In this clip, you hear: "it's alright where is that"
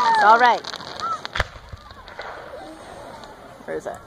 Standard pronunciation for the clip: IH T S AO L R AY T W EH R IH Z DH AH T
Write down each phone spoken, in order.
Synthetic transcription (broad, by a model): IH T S AO L R AY T W EH R IH Z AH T